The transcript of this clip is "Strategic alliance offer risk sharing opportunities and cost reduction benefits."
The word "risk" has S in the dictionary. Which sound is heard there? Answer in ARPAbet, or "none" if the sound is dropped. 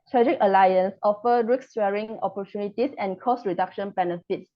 none